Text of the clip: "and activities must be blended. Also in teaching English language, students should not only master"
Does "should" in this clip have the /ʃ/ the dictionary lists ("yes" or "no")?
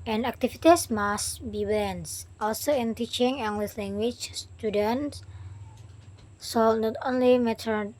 no